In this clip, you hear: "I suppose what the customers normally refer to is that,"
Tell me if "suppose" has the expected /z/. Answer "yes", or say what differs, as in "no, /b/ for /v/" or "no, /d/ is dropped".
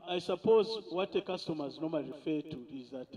yes